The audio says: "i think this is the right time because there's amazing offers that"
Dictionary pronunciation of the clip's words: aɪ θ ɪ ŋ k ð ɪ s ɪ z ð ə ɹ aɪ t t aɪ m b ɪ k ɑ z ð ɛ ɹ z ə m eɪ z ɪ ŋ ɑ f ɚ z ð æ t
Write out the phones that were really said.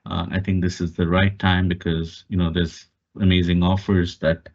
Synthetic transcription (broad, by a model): aɪ t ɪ ŋ k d ɪ s ɪ z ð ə ɹ aɪ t t aɪ m b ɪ k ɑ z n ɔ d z ə m eɪ z ɪ ŋ ɑ f ɚ z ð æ t